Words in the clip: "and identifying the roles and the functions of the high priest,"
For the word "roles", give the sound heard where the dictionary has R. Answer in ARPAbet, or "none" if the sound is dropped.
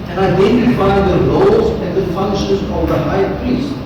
L